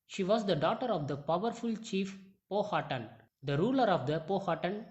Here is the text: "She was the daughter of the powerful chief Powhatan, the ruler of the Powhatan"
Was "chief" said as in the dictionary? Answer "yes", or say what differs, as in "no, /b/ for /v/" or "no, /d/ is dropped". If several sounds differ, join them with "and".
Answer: yes